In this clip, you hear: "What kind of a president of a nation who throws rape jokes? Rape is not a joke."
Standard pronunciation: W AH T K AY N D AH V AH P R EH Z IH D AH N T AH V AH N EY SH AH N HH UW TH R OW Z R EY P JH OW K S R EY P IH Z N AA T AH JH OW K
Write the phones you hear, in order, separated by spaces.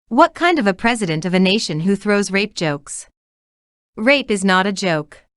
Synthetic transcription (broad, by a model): W AH T K AY N D AH V AH P R EH Z IH D AH N T AH V AH N EY SH AH N HH UW TH R OW Z R EY P JH OW K S R EY P IH Z N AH T AH JH OW K